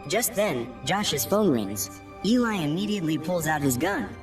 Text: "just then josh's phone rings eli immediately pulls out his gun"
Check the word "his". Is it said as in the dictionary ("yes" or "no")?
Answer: yes